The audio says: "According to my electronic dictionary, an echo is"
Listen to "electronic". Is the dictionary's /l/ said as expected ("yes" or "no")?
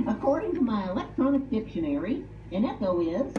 yes